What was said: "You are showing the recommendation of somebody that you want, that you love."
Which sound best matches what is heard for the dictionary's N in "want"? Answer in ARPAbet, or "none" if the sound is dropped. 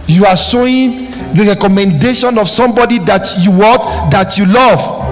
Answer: none